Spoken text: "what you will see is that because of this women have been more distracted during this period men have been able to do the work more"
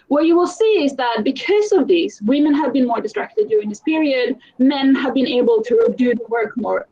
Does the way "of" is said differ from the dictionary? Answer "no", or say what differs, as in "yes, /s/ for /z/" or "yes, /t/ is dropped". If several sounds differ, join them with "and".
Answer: no